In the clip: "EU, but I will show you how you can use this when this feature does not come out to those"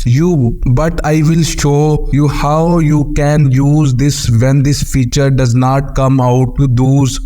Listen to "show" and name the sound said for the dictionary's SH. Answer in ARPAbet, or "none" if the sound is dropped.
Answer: SH